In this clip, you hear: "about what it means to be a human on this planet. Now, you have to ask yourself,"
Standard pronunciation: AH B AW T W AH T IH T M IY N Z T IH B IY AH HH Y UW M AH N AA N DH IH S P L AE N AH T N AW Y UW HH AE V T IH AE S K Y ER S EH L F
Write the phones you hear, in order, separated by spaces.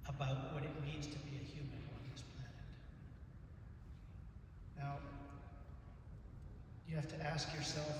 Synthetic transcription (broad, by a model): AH B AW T W AH T IH T M IY N Z T IH B IY AH HH Y UW M AH N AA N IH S P L AE N AH T N AW Y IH HH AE F T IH AE S K Y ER S EH L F